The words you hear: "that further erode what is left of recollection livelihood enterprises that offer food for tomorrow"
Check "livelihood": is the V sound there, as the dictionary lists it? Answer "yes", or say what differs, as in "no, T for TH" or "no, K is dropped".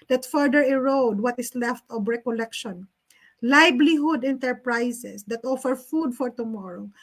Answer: no, B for V